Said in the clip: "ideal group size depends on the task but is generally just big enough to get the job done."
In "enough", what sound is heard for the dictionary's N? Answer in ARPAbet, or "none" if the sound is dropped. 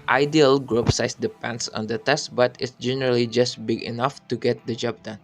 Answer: N